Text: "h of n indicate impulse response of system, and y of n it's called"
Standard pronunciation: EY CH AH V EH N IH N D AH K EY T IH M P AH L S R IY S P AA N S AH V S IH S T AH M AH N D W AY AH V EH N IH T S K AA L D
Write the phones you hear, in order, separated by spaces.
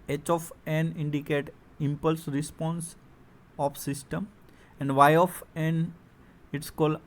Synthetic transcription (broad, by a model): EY CH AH F EH N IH N D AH K EY T IH M P AH L S R IY S P AA N S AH F S IH S T AH M AH N D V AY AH F EH N IH T S K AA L D